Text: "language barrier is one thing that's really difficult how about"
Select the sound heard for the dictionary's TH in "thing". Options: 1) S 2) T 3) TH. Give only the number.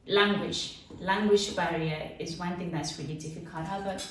3